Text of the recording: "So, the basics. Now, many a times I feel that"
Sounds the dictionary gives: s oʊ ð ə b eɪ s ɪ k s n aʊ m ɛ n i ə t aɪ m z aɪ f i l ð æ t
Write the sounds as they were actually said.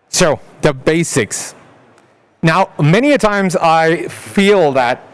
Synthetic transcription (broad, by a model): s oʊ ð ə b eɪ s ɪ k s n aʊ m ɛ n i ə t aɪ m z aɪ f i l ð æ t